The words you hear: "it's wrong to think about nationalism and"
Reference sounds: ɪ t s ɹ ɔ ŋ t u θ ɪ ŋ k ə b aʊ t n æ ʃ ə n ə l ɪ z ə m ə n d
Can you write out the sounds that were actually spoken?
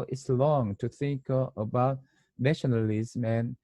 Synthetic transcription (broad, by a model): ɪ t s l ɔ ŋ t u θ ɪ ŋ k ə b aʊ t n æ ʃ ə n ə l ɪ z m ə n